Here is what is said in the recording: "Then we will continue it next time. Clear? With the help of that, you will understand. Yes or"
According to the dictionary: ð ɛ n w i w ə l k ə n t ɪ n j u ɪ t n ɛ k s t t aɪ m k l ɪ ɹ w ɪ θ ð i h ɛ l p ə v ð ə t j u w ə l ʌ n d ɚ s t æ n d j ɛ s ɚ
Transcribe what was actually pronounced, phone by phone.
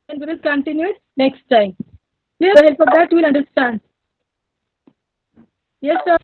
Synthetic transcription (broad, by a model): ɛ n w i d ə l k ə n t ɪ n j u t n ɛ k s t t aɪ m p l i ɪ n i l f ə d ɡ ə t j u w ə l ʌ n d ɚ s t æ n d j ɛ s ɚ